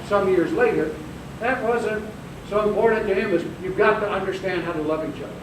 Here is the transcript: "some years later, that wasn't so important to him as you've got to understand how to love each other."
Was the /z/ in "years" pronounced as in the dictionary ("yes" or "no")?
yes